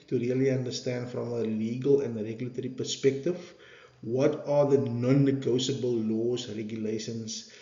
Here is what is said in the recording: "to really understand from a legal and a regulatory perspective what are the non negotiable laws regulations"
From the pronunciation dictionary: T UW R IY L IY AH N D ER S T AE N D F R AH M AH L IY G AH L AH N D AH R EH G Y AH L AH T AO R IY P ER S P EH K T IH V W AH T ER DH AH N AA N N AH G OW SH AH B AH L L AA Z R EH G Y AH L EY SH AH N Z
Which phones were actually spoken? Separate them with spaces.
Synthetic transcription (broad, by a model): T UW R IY L IY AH N D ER S T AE N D F R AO M AH L IY G AH L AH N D R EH G Y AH L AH T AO R IY P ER S P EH K T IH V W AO T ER DH AH N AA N N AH G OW S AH B AH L L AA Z R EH G Y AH L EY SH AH N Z